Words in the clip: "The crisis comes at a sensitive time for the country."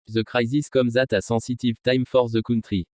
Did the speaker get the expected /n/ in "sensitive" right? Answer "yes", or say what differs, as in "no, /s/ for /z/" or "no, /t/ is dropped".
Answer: no, /n/ is dropped